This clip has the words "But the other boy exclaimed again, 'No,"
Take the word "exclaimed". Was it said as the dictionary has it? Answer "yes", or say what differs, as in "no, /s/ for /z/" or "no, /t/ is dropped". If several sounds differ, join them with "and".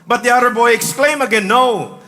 no, /d/ is dropped